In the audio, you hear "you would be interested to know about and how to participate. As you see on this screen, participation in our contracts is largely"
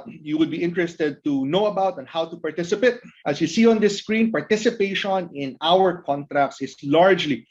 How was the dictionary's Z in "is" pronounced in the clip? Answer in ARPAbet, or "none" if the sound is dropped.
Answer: S